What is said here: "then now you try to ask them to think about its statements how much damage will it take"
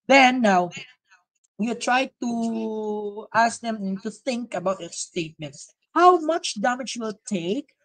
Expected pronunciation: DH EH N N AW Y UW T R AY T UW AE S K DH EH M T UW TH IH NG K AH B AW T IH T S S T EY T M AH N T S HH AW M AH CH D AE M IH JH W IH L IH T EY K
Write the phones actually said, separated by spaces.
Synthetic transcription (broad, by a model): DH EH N N AW Y UW T R AY T UW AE S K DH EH M T UW TH IH NG K AH B AW T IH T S S T EY T M AH N T S HH AW M AH CH D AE M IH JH W IH L T EY K